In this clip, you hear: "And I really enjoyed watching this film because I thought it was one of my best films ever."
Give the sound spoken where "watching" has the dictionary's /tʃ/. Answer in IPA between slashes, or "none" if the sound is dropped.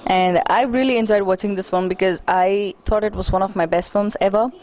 /tʃ/